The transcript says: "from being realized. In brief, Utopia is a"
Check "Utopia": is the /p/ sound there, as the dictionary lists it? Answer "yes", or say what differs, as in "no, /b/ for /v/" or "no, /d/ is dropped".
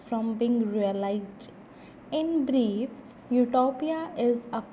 yes